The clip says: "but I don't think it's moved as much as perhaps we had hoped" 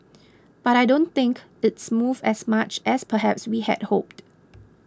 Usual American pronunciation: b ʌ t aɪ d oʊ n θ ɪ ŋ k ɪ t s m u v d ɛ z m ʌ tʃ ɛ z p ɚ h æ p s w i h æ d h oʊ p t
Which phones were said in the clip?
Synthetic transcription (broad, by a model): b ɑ t aɪ d oʊ n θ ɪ ŋ k ɪ t s m u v ɛ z m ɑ tʃ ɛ s p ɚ h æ p s w i h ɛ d h oʊ p t